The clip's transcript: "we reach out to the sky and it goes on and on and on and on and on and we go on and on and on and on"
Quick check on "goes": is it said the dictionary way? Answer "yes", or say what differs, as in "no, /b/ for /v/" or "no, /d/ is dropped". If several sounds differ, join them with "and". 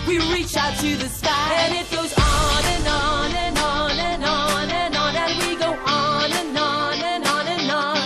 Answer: yes